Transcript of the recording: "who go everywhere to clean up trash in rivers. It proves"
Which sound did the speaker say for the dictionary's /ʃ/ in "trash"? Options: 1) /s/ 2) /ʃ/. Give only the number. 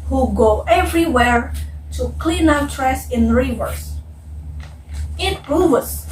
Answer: 1